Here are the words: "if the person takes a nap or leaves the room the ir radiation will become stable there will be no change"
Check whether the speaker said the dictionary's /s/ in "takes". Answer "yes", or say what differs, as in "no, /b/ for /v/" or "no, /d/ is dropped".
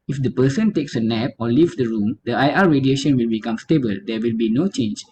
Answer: yes